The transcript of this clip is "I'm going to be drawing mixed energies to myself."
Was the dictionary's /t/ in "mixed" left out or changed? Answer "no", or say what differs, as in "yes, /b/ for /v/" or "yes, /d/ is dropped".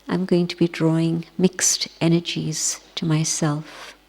no